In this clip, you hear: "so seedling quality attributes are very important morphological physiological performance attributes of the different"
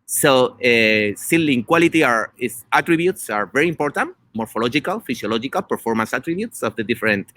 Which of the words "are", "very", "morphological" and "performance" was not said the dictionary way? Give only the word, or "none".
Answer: none